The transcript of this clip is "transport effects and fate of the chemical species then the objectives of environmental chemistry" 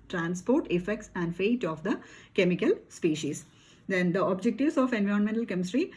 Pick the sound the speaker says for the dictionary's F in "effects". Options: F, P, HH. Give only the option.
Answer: F